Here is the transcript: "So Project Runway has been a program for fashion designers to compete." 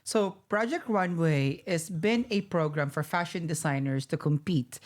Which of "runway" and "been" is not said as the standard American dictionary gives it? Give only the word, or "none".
runway